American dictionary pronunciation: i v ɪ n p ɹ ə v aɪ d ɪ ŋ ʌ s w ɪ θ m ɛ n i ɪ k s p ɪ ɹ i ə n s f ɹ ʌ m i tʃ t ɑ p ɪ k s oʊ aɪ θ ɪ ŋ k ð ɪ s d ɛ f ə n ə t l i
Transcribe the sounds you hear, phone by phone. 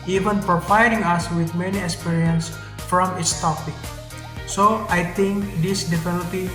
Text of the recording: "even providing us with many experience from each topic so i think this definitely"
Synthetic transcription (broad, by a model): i v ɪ n p ɹ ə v aɪ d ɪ ŋ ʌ s w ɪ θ m ɛ n i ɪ k s p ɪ ɹ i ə n s f ɹ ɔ m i s t ɑ p ɪ k s oʊ aɪ t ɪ ŋ k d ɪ s d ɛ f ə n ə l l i